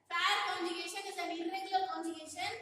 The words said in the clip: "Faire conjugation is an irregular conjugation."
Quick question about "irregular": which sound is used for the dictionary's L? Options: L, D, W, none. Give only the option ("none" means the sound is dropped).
none